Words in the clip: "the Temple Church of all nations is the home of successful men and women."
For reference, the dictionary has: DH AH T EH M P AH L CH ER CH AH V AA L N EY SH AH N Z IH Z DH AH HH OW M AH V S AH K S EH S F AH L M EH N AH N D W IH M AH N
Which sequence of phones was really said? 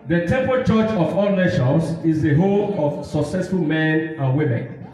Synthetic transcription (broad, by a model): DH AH T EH M P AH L CH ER CH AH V AA L N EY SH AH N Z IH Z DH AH HH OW AH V S AH K S EH S F AH L M EH N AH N W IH M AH N